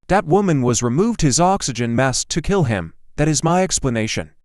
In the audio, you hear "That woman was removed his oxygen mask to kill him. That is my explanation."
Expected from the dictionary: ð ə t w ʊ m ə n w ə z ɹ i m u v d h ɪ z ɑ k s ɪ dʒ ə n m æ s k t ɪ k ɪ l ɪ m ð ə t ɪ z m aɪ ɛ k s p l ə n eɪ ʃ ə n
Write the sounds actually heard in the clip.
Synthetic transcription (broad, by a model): ð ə t w ʊ m ə n w ə z ɹ i m u v d h ɪ z ɑ k s ɪ dʒ ə n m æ s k t ɪ k ɪ l ɪ m ð ə t ɪ z m aɪ ɛ k s p l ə n eɪ ʃ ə n